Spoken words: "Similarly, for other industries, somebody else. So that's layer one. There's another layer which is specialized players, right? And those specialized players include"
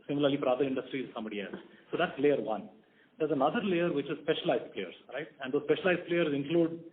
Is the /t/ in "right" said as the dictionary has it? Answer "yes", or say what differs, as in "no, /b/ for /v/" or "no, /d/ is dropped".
yes